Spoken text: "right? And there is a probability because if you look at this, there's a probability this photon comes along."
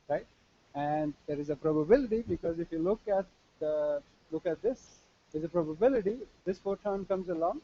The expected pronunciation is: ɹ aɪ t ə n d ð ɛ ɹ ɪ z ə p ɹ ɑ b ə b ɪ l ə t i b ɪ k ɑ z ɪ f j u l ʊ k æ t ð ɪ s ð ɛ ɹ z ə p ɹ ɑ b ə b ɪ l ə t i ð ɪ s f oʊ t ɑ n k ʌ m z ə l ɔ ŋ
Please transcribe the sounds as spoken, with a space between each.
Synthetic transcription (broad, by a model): ɹ aɪ t ə n d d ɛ ɹ ɪ z ə p ɹ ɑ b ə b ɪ l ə t i b ɪ k ɑ z ɪ f j u l ʊ k æ t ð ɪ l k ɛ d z ə p ɹ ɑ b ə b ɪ l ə t i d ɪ s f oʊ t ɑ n k ʌ m z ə l ɔ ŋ